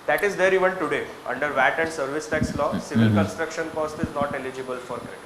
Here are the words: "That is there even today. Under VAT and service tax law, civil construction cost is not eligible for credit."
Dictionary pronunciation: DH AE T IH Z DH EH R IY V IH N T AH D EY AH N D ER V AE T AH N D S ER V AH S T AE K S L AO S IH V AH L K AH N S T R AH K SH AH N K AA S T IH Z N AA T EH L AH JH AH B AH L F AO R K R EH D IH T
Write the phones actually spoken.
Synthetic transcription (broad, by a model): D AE T IH Z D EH R IY V IH N T AH D EY AH N D ER V AE T AH N D S ER V AH S T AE K S L AO S IH V AH L K AH N S T R AH K SH AH N K AA S T IH Z N AA T EH L AH JH AH B AH L F AO R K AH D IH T